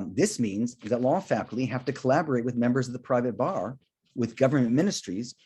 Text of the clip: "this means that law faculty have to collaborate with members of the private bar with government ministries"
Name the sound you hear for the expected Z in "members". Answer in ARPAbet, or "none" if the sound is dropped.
Z